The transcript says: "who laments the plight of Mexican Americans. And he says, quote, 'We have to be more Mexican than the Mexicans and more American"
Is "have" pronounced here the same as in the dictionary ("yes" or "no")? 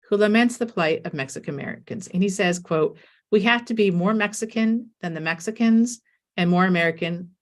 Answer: no